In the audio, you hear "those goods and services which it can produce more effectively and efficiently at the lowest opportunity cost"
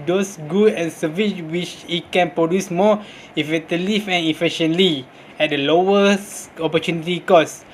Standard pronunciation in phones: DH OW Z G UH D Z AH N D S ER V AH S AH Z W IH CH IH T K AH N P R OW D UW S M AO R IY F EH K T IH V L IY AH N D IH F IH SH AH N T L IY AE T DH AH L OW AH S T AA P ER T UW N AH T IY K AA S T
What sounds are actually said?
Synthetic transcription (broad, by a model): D OW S G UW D AH N S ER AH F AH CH W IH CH IH T K AH N P R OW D UW S M AO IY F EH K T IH L IY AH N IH F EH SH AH N L IY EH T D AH L OW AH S AA P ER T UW N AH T IY K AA S